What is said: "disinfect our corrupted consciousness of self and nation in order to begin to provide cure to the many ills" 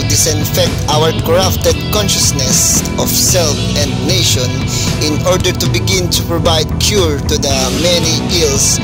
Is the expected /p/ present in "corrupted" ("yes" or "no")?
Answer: no